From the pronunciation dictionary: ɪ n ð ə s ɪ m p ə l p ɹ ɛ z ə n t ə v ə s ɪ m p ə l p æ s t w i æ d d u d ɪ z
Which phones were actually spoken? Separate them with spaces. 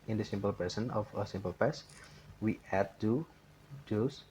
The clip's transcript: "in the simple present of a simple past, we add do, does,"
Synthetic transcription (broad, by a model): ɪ n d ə s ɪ m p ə l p ɛ s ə n ə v ə s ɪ m p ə l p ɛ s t w i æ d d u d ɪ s